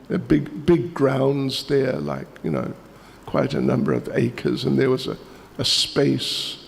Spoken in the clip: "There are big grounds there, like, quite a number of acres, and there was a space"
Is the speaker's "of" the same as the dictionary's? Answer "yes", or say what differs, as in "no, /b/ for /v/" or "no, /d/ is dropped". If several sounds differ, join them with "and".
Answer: yes